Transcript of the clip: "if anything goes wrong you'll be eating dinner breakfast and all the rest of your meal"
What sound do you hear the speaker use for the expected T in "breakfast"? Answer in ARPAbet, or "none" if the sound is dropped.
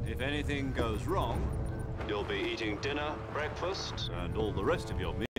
T